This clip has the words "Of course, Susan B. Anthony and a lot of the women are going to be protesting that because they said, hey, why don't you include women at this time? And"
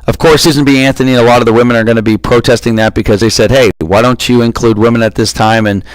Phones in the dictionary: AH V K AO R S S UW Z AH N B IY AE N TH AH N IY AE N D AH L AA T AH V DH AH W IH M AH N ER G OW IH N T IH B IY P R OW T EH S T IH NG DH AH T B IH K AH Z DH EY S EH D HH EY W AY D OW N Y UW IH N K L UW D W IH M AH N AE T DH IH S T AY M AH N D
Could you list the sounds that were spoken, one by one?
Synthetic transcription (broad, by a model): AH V K AO R S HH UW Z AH N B IY AE N TH AH N IY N AH L AA T AH V DH AH W IH M AH N ER G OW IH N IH B IY P R OW T EH S T IH NG DH AH T B IH K AH Z DH EY S EH D HH EY W AY D OW N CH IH IH N K L UW D W IH M AH N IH T DH IH S T AY M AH N